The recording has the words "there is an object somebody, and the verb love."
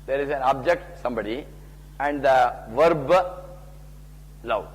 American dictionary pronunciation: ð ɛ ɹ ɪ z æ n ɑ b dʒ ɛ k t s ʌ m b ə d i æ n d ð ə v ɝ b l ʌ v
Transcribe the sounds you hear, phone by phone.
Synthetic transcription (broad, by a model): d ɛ ɹ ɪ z æ n ɑ b dʒ ɛ k t s ʌ m b ə d i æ n d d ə v ɝ b l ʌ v